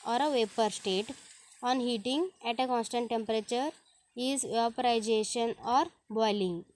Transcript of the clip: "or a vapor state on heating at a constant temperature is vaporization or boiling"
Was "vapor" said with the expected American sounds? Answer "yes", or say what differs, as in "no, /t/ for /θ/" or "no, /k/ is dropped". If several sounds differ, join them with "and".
yes